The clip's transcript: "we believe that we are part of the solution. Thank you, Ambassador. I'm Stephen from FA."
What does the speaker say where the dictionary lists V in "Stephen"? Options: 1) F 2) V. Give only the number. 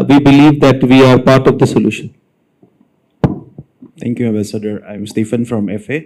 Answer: 1